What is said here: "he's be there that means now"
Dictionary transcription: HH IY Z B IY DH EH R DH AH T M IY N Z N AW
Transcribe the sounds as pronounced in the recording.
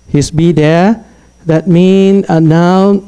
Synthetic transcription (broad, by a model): HH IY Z B IY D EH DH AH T M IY N N AW